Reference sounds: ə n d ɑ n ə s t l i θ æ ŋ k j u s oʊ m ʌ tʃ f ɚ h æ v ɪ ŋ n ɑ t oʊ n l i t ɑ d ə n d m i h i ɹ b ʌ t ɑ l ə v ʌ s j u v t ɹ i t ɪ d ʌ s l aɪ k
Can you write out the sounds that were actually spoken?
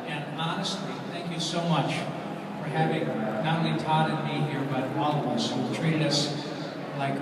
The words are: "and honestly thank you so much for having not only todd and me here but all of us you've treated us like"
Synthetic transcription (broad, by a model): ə n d ɑ n ə s t l i θ æ ŋ k j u s oʊ m ʌ tʃ f ɚ h æ v ɪ ŋ n ɑ t oʊ n l i t ɑ d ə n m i h i ɹ b ʌ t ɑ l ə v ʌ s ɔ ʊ w t ɹ i t ɪ d ʌ s l aɪ k